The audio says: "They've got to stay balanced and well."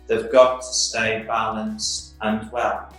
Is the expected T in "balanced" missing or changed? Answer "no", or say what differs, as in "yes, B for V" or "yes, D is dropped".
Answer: yes, T is dropped